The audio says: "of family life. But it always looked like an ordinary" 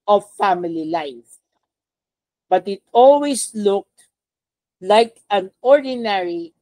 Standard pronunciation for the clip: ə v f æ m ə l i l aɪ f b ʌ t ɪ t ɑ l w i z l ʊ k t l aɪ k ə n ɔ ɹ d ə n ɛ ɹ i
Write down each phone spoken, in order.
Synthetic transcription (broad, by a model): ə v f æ m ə l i l aɪ f b ʌ t ɪ t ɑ l w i s l ʊ k t l aɪ k ə n ɔ ɹ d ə n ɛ ɹ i